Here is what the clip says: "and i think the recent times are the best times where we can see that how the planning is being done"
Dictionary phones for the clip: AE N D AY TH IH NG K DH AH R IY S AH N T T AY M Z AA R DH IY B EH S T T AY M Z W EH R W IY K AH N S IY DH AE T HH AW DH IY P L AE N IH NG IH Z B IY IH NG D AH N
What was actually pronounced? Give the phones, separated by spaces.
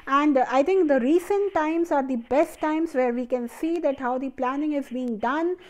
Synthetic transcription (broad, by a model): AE N D AY T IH NG K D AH R IY S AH N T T AY M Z AA R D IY B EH S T T AY M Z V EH R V IY K AH N S IY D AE T HH AW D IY P L AE N IH NG IH Z B IY IH NG D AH N